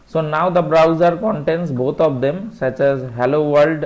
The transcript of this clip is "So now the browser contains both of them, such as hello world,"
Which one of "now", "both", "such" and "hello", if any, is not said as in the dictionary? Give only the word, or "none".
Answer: both